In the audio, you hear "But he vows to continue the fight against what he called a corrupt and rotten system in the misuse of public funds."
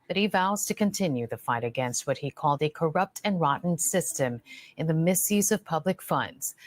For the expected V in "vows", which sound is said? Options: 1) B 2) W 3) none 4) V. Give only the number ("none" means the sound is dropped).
4